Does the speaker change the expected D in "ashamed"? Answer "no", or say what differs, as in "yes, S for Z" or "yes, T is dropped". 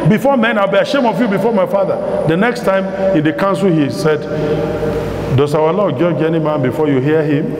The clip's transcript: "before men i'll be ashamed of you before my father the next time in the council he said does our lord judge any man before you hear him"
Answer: yes, D is dropped